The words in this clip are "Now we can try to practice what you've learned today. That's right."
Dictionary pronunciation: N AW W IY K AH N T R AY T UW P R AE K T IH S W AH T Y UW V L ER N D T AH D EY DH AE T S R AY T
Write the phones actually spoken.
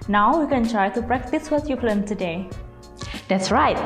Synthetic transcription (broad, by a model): N AW W IY K AH N T R AY T UW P R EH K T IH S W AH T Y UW P L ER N T AH D EY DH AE T S R AY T